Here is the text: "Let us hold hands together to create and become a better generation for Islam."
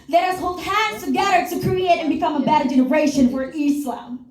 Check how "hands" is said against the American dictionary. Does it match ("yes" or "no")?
no